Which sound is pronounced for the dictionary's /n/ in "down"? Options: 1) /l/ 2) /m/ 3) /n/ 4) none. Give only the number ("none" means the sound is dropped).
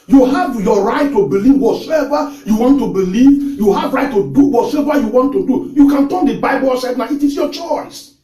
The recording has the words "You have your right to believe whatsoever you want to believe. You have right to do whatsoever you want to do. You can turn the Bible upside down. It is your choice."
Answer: 4